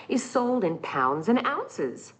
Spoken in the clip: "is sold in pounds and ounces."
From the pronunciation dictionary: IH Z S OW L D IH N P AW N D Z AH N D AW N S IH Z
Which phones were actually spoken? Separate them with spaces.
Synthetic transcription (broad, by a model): IH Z S OW L D IH N P AW N D Z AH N AW N S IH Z